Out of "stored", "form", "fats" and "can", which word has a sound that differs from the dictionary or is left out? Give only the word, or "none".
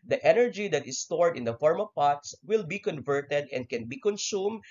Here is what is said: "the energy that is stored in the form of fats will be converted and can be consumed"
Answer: fats